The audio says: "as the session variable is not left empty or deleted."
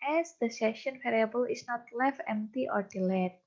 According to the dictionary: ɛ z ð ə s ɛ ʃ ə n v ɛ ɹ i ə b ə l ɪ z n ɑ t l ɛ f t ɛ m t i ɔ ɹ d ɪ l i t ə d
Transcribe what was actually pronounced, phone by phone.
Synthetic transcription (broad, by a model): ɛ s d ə s ɛ ʃ ə n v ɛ ɹ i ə b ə l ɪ s n ɑ t l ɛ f ɛ m t i ɔ ɹ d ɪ l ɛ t